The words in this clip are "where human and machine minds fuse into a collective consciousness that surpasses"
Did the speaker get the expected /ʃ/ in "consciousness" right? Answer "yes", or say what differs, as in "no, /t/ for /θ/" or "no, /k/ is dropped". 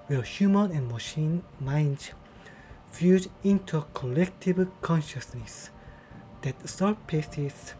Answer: yes